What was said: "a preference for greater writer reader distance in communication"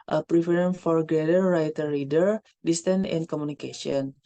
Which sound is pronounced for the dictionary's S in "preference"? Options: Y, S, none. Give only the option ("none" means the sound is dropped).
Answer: none